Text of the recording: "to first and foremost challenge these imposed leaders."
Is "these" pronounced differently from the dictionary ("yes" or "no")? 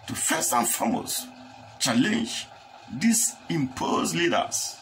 yes